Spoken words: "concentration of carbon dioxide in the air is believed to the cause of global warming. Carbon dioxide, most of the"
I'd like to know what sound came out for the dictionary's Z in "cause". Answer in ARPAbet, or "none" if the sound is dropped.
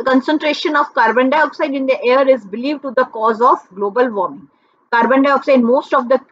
Z